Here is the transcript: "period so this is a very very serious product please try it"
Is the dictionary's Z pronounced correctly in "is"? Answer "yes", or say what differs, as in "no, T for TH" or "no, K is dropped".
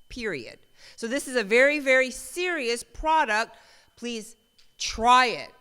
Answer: yes